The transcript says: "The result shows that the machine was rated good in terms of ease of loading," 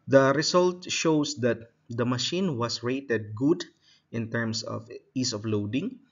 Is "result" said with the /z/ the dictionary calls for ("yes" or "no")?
no